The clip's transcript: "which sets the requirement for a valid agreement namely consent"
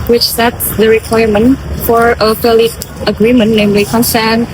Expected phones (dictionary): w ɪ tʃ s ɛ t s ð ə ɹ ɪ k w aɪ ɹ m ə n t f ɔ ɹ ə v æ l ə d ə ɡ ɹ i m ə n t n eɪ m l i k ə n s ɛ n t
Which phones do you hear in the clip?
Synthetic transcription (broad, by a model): w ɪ tʃ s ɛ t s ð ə ɹ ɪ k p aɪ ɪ m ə n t f ɔ ɹ ə p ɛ l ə ə ɡ ɹ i m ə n n eɪ m l i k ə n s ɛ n